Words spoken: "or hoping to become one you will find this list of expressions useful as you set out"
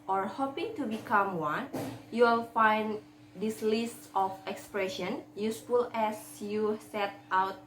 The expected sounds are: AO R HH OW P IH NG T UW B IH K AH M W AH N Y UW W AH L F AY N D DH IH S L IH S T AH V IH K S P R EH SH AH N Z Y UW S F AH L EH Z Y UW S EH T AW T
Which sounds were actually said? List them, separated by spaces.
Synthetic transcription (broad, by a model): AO R HH OW P IH NG T UW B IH K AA M W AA N Y UW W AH L F AY N D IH S L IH S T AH F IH K S P R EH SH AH N Y UW S F AH L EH S Y UW S EH T AW T